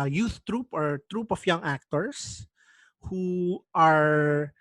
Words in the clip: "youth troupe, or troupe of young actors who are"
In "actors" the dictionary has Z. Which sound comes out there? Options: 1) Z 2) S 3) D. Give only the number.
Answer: 2